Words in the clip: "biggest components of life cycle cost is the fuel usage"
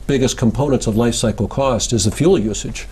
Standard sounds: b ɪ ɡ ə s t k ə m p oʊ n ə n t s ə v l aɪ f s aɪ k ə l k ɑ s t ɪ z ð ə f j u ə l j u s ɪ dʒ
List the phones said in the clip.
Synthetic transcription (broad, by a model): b ɪ ɡ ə s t k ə m p oʊ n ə n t s ə v l aɪ f s aɪ k l k ɑ s t ɪ z ð ə f j u l j u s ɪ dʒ